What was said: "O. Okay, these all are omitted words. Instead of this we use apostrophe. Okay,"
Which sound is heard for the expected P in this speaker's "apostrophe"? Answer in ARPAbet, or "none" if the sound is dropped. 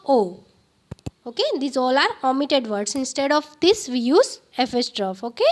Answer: F